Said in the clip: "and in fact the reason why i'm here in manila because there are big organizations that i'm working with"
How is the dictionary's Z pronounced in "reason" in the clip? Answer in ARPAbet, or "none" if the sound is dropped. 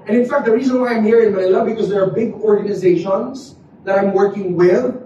Z